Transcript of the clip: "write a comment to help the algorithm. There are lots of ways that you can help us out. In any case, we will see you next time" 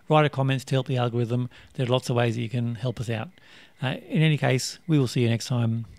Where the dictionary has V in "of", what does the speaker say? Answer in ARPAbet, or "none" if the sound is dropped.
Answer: V